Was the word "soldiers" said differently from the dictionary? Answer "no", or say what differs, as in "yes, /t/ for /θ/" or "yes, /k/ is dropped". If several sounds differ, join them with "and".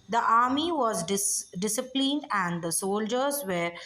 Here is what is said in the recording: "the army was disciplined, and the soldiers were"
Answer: no